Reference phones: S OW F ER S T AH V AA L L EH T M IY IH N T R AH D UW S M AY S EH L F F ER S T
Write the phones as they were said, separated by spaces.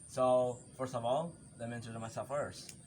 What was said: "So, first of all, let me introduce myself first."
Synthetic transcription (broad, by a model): S OW F ER S T AH V AA L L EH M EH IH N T AH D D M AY S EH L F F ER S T